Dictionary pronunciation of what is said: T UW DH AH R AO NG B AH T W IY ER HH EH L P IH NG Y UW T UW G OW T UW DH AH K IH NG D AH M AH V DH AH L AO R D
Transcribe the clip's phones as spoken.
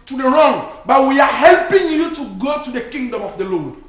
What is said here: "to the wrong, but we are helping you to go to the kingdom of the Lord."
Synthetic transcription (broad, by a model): T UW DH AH R AO NG B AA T W IY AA HH EH L P IH NG Y UW T UW G OW T UW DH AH K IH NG D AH M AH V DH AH L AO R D